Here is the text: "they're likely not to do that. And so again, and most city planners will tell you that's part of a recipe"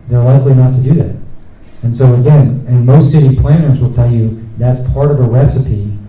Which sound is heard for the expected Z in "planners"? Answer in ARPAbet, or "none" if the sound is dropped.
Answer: Z